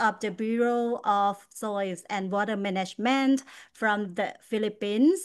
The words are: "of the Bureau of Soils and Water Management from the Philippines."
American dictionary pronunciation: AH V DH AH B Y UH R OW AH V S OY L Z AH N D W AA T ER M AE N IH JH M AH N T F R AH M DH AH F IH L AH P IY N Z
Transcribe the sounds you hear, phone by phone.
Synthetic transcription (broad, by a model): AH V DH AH B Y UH R OW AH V S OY Z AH N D W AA T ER M AE N IH JH M AH N T F R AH M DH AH F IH L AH P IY N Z